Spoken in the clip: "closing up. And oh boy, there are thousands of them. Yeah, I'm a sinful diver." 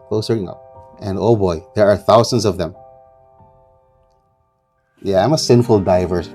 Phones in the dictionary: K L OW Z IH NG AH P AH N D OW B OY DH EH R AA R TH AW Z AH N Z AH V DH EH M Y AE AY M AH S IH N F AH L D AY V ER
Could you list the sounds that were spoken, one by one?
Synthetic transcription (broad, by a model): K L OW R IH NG AH P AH N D OW B OY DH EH R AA R TH AW Z AH N Z AH V DH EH M Y AE AY M AH S IH N F AH L D AY V ER